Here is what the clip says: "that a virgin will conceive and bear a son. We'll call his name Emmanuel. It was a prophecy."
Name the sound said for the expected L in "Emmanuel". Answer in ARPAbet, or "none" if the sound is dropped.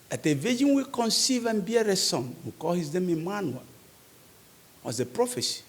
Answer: W